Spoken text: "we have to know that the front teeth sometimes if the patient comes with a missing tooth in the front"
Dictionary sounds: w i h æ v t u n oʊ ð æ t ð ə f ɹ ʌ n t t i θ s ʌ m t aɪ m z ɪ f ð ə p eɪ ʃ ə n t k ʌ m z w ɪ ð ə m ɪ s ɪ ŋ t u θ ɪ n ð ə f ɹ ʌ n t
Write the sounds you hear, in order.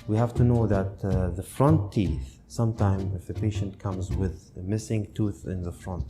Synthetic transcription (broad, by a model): w i h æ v t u n oʊ ð æ t ð ə f ɹ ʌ n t t i θ s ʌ m t aɪ m ɪ f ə p eɪ ʃ ə n t k ʌ m z w ɪ ð m ɪ s ɪ ŋ t u θ ɪ n ð ə f ɹ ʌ n t